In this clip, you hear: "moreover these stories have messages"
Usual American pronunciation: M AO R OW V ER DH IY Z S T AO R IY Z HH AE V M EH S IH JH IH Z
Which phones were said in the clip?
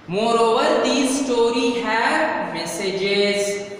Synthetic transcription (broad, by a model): M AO R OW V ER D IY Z S T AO R IY HH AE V M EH S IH JH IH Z